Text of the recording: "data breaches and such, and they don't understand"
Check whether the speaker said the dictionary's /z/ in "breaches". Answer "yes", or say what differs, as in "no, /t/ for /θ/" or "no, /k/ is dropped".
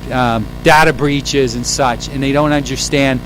yes